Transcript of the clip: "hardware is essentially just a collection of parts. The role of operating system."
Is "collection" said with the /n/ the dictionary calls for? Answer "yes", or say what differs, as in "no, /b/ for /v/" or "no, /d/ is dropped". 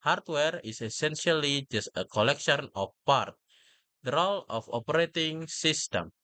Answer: yes